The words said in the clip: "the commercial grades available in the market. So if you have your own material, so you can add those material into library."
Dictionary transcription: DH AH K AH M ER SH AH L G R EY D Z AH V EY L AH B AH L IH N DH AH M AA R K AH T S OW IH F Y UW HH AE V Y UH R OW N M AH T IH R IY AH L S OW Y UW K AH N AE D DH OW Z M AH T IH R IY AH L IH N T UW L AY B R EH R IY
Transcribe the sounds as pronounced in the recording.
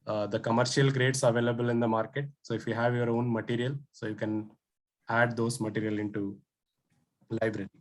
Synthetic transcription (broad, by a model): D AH K AH M ER SH AH L G R EY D S AH V EY L AH B AH L IH N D AH M AA R K AH T S OW IH F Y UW HH AE V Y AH R OW N M AH T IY R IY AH L S OW Y UW K AH N AE D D OW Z M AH T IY R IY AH L IH N T UW L AY B R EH R IY